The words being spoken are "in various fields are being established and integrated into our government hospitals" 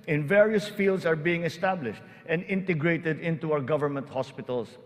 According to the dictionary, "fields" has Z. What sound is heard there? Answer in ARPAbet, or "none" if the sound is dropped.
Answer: S